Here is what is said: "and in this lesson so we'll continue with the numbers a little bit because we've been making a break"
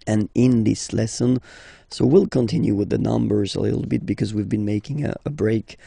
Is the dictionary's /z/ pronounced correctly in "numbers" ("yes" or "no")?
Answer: yes